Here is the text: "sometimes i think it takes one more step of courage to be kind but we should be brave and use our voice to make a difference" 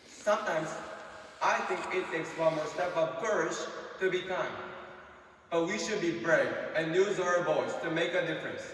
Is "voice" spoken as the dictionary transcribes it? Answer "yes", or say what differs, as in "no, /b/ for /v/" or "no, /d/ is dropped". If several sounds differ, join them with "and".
no, /b/ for /v/